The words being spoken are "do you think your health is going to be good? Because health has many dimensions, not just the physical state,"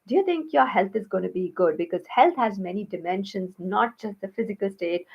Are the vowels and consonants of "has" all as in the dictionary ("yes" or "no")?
yes